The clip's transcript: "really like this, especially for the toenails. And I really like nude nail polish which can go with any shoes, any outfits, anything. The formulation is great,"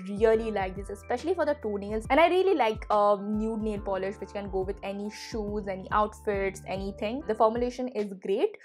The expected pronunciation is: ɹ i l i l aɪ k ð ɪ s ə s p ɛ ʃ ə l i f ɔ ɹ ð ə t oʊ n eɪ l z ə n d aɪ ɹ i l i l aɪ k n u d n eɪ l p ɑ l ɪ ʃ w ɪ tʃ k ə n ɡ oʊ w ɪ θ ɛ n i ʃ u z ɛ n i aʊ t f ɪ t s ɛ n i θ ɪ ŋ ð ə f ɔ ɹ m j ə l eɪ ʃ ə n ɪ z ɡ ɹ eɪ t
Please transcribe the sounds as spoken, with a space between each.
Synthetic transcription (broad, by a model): ɹ i l i l aɪ k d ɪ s ə s p ɛ ʃ ə l i f ɔ ɹ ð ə t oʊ n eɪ l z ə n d aɪ ɹ i l i l aɪ k n u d n eɪ l p ɑ l ɪ ʃ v ɪ tʃ k ə n ɡ oʊ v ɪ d ɛ n i ʃ u z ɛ n i aʊ t f ɪ t s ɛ n i t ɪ ŋ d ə f ɔ ɹ m j ə l eɪ ʃ ə n ɪ z ɡ ɹ eɪ t